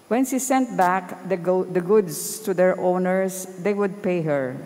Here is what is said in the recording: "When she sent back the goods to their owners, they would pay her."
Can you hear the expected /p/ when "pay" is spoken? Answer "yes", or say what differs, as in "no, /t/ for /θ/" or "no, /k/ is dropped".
yes